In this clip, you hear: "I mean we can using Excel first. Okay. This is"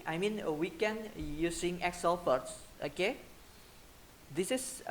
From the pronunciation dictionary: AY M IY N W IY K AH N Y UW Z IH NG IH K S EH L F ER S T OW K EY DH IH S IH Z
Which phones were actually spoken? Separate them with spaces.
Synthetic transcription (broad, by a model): AY M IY N W IY K AH N Y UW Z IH NG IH K S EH L P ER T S OW K EY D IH S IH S